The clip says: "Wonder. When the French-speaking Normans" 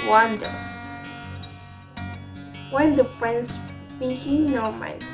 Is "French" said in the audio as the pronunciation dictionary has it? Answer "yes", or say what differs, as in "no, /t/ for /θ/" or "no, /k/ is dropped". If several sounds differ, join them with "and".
no, /p/ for /f/